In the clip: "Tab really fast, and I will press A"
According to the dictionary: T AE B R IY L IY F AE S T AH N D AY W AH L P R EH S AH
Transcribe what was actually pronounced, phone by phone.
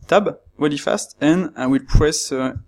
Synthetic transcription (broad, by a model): T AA B W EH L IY F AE S T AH N AY W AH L P R EH S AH